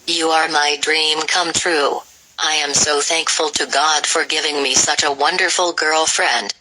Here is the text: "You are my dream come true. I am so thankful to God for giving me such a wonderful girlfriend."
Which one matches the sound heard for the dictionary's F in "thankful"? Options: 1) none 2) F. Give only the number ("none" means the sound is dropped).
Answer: 2